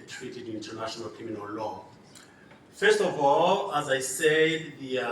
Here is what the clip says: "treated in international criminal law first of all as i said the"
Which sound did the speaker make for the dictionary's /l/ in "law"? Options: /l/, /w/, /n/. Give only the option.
/l/